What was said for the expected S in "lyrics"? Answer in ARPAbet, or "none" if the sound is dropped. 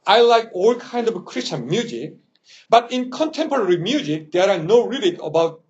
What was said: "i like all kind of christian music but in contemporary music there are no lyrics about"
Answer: none